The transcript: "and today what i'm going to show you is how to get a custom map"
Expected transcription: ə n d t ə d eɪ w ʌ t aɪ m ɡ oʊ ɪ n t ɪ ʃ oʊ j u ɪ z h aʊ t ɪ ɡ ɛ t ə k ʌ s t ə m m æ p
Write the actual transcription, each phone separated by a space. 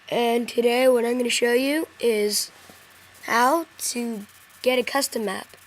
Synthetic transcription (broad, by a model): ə n t ə d eɪ w ʌ t aɪ m ɡ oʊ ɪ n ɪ ʃ oʊ j u ɪ z h aʊ t ɪ ɡ ɛ t ə k ʌ s t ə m m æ p